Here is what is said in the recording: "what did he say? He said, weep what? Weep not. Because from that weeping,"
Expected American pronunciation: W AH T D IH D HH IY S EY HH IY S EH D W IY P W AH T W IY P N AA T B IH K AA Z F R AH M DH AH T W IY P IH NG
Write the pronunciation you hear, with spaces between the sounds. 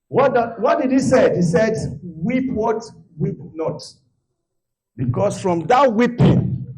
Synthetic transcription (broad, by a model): W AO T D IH D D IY S EY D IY S EH D W IY P W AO T W IY P N AA T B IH K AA S F R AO M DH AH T W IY P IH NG